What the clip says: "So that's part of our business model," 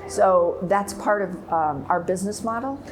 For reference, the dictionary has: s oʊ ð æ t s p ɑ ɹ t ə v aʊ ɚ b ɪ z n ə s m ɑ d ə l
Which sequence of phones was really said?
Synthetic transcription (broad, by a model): s oʊ ð æ t s p ɑ ɹ t ə v aʊ ɚ b ɪ z n ə s m ɑ d l